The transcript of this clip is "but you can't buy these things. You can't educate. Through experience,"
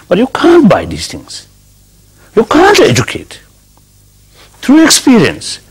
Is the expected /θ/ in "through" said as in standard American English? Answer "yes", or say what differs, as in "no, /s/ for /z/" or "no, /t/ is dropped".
no, /t/ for /θ/